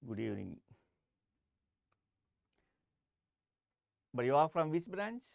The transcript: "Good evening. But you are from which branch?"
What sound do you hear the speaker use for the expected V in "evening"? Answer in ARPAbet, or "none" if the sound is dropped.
none